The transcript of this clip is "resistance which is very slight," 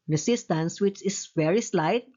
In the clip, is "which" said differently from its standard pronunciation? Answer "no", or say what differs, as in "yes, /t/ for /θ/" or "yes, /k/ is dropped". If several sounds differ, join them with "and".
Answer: no